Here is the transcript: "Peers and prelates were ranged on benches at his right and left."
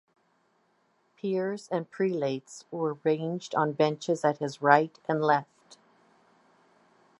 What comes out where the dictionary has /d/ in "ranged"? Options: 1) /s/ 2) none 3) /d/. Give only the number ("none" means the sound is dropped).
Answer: 3